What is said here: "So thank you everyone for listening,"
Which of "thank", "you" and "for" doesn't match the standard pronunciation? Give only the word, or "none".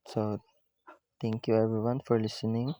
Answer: thank